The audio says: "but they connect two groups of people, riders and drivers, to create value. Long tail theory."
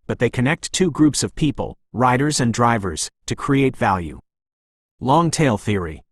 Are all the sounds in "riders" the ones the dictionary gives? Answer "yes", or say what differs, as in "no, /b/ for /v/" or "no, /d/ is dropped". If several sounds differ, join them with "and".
yes